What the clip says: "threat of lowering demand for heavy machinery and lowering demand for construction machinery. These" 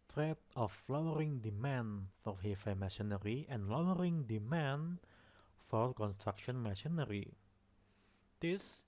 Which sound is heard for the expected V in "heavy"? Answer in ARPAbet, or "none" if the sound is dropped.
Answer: F